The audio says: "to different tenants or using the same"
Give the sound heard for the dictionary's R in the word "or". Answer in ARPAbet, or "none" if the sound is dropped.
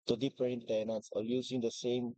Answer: L